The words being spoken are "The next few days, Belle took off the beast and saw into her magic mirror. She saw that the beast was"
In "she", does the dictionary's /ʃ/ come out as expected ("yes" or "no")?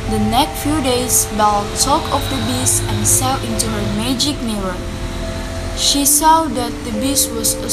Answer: yes